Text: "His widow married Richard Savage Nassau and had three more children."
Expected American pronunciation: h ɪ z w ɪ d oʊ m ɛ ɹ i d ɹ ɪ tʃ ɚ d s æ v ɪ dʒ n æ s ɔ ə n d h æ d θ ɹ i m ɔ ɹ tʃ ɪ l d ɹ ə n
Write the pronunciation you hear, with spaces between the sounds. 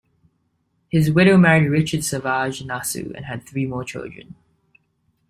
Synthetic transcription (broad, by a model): h ɪ z w ɪ d oʊ m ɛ ɹ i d ɹ ɪ tʃ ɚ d s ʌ v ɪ ʒ n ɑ s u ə n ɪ d θ ɹ i m ɔ ɹ tʃ ɪ l d ɹ ə n